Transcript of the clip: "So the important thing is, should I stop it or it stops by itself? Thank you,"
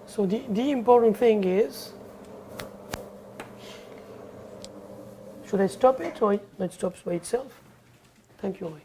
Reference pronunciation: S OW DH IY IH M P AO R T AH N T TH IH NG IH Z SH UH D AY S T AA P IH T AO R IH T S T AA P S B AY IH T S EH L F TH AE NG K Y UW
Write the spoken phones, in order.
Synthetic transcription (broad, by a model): S OW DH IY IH M P AO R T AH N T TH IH NG IH Z SH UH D AY S T AA P IH T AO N IH T S T AA P S B AY IH T S EH L F T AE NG K Y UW